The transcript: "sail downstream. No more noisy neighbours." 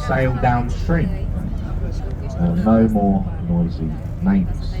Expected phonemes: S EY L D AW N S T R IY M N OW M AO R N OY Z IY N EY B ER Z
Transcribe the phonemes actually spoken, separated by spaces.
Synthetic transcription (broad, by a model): S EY L D AW N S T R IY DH N OW M AO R N OY Z IY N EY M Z